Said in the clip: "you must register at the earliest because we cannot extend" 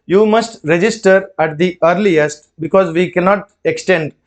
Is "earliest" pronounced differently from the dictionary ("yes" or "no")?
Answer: no